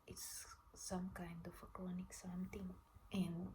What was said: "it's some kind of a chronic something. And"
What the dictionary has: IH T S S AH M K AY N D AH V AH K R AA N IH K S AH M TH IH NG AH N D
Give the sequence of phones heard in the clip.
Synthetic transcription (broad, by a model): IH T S S AH M K AY N D AH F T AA N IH K S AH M T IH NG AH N